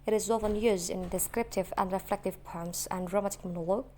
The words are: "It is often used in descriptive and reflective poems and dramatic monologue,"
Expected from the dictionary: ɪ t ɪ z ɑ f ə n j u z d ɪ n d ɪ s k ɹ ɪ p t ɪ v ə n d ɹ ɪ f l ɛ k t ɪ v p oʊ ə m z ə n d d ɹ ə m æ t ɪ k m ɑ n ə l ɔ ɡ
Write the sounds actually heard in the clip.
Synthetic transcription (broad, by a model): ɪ t ɪ z ɑ f ə n j u z d ɪ n d ɪ s k ɹ ɪ p t ɪ v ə n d ɹ ɪ f l ɛ k t ɪ v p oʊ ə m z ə n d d ɹ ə m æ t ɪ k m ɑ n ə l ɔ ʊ